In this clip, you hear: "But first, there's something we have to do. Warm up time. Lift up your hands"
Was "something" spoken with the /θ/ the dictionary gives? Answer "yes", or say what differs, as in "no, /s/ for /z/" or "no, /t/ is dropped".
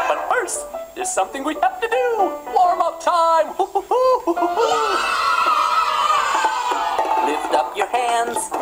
yes